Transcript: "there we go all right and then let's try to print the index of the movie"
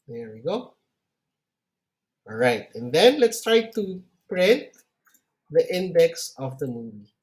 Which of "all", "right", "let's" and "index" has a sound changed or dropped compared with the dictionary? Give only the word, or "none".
none